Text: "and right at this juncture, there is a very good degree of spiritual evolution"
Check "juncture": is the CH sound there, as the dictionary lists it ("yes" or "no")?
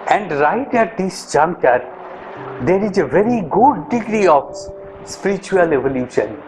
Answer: no